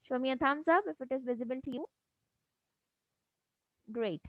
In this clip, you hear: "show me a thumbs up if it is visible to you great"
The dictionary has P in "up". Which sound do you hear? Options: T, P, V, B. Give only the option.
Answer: B